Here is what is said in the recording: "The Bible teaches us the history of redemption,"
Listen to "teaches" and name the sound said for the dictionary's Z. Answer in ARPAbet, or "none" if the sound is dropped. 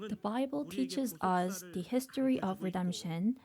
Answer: Z